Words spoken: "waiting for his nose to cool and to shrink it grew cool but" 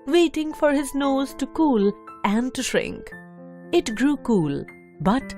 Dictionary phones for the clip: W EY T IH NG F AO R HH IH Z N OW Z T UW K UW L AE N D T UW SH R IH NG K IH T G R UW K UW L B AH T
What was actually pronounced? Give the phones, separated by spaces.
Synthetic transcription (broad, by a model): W EY T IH NG F AO R HH IH Z N OW Z T UW K UW L AE N D T UW SH R IH NG K IH T G R UW K UW L B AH T